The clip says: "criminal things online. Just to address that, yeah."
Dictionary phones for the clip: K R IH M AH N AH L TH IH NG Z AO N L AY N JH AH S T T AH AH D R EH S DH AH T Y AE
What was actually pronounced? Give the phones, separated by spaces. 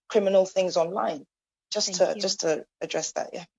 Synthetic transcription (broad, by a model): K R IH M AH N AH L TH IH NG Z AO N L AY N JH AH S T T AH AH D R EH S DH AH T Y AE